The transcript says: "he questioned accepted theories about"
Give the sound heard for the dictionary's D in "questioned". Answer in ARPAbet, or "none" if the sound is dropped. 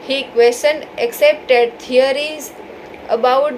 none